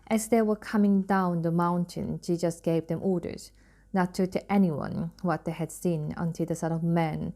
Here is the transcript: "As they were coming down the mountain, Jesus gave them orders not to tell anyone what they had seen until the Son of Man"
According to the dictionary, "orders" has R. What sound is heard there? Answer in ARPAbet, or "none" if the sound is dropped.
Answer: R